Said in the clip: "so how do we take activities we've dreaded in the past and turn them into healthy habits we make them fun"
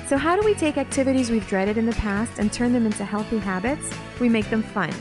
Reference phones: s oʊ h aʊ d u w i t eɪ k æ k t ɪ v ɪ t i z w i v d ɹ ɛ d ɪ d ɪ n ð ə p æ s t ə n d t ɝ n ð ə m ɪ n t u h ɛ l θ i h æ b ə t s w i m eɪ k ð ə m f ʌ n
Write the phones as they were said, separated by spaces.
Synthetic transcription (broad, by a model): s oʊ h aʊ d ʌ w i t eɪ k æ k t ɪ v ɪ t i z w i v d ɹ ɛ d ɪ d ɪ n ð ə p æ s t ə n t ɝ n ð ə m ɪ n t u h ɛ l θ i h æ b ə t s w i m eɪ k ð ə m f ʌ n